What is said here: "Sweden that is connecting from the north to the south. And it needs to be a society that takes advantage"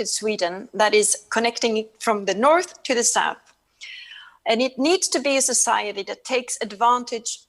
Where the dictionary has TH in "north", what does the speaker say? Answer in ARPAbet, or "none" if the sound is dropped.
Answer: TH